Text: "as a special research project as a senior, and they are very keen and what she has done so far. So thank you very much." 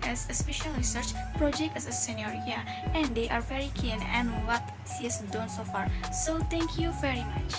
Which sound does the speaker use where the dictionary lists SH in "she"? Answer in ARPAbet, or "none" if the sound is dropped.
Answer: S